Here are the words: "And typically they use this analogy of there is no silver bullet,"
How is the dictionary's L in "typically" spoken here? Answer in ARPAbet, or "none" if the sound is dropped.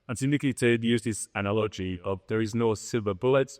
none